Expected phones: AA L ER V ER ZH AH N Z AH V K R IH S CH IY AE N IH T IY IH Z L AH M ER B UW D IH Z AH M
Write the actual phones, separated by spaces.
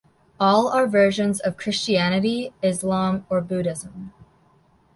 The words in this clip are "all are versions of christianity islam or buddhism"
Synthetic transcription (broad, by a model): AA L ER V ER ZH AH N Z AH V K R IH S CH IY AE N IH T IY IH Z L AH M ER B UW D IH Z AH M